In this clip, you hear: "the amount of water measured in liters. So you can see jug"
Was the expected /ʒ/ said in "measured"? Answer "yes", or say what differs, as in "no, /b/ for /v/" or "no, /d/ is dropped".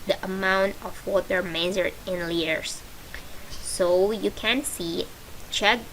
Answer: no, /z/ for /ʒ/